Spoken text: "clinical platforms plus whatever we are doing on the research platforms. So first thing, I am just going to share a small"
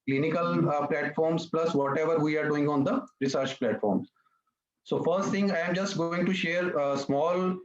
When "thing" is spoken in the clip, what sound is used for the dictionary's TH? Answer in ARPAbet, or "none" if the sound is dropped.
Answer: T